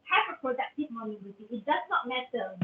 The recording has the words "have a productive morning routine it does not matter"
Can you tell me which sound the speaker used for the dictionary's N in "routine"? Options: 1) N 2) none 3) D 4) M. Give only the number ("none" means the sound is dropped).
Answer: 2